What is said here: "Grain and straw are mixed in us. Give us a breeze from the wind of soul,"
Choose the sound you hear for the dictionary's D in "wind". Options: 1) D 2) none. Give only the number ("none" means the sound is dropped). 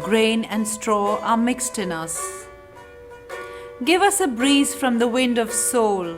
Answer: 1